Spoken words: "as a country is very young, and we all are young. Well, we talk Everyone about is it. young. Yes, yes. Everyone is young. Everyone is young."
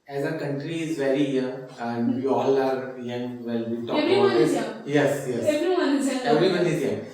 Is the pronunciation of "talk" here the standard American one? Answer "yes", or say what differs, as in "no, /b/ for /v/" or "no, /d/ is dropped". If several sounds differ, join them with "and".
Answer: no, /k/ is dropped